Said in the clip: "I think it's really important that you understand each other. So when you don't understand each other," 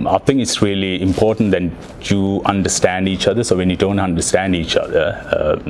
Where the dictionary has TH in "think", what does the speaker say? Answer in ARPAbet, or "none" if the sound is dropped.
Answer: T